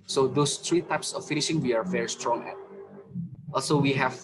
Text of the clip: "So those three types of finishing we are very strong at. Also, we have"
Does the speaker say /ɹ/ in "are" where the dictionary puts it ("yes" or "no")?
yes